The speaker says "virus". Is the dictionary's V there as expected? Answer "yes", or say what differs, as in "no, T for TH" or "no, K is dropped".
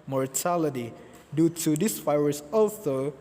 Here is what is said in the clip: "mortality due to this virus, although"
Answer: no, F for V